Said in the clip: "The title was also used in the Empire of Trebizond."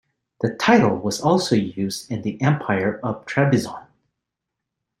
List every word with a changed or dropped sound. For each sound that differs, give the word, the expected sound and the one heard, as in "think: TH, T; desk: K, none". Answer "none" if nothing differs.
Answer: trebizond: D, none